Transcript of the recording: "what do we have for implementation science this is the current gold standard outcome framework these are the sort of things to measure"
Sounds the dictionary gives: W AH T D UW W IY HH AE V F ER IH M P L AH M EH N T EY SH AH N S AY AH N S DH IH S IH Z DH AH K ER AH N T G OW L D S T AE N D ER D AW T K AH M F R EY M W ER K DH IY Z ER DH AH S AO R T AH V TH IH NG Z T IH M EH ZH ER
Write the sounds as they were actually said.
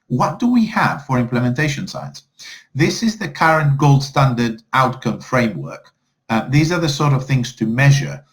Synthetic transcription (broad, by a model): W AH T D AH W IY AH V F ER IH M P L AH M EH N T EY SH AH N S AY AH N S DH IH S IH Z DH AH K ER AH N G OW L D S T AE N D ER D AW T K AH M F R EY M W ER K DH IY Z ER DH AH S AO R T AH V TH IH NG Z T IH M EH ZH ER